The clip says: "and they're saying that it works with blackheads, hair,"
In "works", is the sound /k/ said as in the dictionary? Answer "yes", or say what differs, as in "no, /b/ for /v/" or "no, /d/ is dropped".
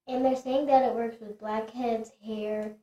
yes